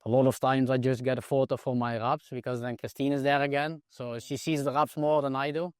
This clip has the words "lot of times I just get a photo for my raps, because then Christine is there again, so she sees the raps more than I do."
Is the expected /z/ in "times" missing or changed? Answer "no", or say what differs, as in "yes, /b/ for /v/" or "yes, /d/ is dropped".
no